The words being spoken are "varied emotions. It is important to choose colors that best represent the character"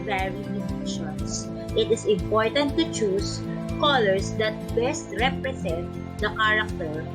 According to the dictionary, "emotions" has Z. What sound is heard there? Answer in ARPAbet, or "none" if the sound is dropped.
S